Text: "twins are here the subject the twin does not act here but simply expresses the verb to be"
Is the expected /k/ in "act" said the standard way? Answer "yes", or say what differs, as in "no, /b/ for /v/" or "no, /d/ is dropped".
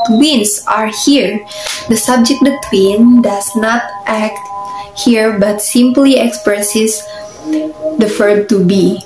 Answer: yes